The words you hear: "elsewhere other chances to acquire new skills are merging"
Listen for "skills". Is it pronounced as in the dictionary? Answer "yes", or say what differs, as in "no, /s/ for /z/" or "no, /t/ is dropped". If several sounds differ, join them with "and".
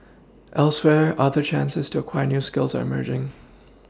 yes